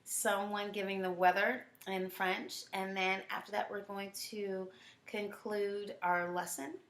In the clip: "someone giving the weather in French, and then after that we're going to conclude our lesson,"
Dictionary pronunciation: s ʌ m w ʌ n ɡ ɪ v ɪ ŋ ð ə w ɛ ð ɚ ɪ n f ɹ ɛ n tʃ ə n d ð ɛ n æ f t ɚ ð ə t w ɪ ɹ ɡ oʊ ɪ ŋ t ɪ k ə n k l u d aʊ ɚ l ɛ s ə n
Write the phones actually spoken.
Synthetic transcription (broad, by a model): s ʌ m w ʌ n ɡ ɪ v ɪ ŋ ð ə w ɛ ð ɚ ɪ n f ɹ ɛ n tʃ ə n ð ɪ n æ f t ɚ ð ə t w ɪ ɹ ɡ oʊ ɪ ŋ t ɪ k ə n k l u d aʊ ɚ l ɛ s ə n